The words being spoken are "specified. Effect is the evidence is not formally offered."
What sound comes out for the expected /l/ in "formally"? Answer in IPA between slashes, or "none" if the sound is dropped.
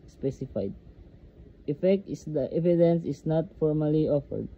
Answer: /l/